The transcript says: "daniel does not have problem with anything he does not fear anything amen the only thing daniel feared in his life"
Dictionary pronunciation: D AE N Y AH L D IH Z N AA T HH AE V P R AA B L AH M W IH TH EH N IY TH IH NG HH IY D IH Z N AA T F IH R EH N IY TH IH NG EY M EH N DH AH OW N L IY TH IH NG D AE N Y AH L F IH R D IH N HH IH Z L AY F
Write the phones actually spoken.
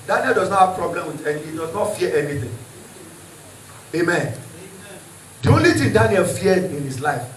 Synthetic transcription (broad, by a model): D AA N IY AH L D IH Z N AA T HH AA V P R AA B L AH M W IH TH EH N HH IY D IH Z N AA T F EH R EH N IY TH IH NG EY M EH N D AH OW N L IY T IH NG D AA N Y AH L F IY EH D IH N HH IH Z L AY F